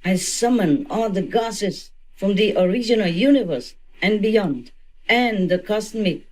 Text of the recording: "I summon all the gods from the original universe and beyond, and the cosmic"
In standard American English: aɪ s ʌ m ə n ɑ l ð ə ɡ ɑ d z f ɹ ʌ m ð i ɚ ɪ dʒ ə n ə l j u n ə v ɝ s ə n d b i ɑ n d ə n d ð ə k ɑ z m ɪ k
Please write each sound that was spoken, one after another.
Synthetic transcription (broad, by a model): aɪ s ʌ m ə n ɑ l ð ə ɡ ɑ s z f ɹ ʌ m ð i ɚ ɪ dʒ ə n ə l j u n ə v ɝ s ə n b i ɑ n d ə n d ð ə k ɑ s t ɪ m